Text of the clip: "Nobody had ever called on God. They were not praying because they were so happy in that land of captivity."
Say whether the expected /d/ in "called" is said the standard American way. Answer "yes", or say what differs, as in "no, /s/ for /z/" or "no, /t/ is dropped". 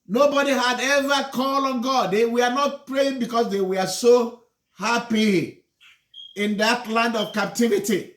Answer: no, /d/ is dropped